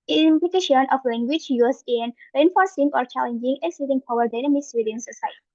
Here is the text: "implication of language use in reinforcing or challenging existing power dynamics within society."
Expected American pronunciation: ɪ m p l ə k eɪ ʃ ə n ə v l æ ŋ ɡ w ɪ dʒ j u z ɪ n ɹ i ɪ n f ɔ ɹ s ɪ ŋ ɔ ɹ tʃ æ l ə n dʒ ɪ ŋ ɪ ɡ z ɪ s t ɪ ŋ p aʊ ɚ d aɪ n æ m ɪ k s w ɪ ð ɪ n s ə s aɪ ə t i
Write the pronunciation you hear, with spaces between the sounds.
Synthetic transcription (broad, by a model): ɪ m p l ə k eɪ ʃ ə n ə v l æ ŋ ɡ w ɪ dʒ j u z ɪ n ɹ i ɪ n f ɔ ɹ s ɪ ŋ ɔ ɹ tʃ æ l ə n dʒ ɪ ŋ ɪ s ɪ t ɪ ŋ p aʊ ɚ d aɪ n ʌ m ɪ s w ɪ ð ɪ n s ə s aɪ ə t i